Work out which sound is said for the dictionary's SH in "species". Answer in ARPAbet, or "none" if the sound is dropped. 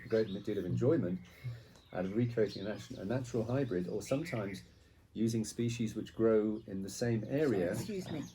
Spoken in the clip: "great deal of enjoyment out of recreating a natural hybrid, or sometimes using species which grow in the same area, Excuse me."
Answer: SH